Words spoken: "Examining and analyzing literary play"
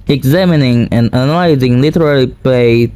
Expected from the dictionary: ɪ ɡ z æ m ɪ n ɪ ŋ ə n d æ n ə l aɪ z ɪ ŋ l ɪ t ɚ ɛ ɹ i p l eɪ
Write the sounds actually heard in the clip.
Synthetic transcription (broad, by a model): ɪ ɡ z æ m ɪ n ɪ ŋ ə n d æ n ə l aɪ z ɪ ŋ l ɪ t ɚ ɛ l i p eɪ